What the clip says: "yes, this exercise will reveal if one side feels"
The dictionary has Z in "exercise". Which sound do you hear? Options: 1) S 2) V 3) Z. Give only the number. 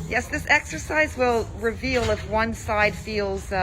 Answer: 3